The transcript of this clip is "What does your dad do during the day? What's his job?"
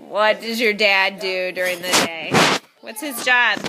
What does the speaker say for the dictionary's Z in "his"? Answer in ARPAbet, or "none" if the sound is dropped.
Z